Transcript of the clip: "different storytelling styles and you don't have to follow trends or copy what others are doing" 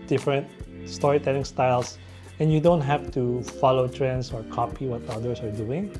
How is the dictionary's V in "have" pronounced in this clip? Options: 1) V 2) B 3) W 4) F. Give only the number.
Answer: 4